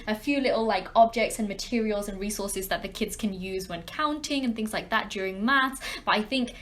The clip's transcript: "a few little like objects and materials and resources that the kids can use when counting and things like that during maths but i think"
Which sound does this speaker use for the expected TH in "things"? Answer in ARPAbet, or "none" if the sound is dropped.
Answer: TH